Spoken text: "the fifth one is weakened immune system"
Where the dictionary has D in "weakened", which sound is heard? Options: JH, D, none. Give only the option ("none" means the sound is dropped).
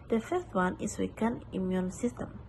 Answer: none